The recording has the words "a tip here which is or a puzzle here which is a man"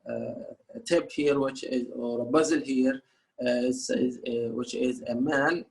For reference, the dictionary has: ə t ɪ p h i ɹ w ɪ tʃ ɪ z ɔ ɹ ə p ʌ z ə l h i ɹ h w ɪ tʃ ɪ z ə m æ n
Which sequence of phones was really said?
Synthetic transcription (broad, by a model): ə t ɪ b h i ɹ w ɪ tʃ ɪ z ɔ ɹ ə b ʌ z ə l h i ɹ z w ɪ tʃ ɪ z ə m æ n